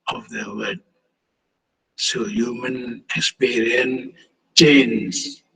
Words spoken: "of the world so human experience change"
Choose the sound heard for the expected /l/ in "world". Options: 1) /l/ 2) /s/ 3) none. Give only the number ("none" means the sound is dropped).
3